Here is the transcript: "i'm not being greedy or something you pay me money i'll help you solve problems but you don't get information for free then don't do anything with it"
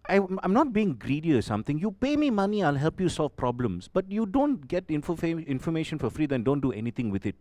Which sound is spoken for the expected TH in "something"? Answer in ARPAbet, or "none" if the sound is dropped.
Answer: T